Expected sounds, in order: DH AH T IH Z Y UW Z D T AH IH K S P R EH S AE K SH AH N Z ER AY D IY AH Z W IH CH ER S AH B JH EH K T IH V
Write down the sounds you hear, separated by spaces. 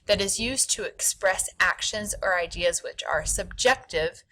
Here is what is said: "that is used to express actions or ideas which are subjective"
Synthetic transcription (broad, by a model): DH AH T IH Z Y UW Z T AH IH K S P R EH S AE K SH AH N Z ER AY D IY AH Z W IH CH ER S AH B JH EH K T IH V